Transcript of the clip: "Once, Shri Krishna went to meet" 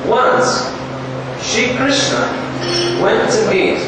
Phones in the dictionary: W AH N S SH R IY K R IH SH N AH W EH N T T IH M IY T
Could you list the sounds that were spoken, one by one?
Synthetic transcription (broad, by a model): W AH N S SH IY K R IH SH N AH W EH N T T IH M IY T